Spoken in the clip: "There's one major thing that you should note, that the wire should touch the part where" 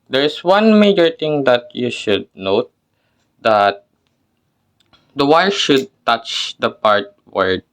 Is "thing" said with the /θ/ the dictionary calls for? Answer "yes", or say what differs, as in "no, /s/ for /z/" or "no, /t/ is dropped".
no, /t/ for /θ/